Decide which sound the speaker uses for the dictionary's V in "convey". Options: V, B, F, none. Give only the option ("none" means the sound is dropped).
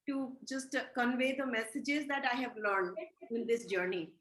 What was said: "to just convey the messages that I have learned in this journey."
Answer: V